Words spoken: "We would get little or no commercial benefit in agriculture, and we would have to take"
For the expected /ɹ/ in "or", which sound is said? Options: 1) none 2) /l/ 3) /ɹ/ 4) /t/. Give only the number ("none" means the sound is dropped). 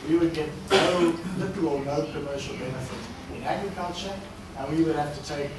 2